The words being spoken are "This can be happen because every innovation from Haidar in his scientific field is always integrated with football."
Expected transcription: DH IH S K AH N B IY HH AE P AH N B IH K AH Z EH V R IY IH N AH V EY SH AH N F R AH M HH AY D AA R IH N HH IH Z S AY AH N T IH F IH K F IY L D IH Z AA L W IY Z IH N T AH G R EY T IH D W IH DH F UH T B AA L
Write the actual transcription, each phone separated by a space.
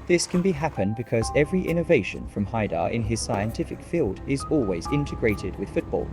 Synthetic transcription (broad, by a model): DH IH S K AH N B IY HH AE P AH N B IH K AH Z EH V R IY IH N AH V EY SH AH N F R AH M HH AY D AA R IH N IH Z S AY AH N T IH F IH K F IY L D IH Z AA L W IY Z IH N T AH G R EY T IH D W IH DH F UH T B AA L